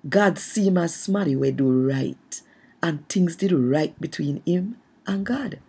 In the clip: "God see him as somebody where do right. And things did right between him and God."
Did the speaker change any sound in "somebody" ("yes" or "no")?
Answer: yes